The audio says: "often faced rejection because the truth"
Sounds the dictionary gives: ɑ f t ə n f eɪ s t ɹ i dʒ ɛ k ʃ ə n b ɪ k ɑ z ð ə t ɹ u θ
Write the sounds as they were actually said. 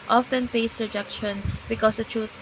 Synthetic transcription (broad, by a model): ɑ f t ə n p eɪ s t ɹ i dʒ ɛ k ʃ ə n b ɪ k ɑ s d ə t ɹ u